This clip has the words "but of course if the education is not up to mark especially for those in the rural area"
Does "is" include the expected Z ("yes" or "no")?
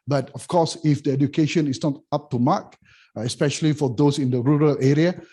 no